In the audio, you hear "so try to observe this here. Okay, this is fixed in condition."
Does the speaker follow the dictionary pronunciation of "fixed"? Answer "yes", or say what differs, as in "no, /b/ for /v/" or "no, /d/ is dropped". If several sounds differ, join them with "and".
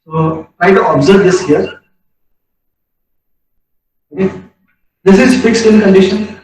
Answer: yes